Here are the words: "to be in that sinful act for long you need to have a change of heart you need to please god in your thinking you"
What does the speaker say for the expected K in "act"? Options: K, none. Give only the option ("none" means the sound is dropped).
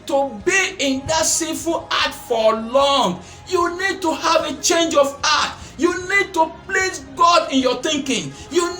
none